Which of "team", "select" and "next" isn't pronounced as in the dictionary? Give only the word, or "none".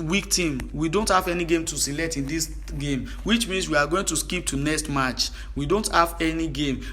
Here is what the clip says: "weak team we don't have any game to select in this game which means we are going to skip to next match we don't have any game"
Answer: none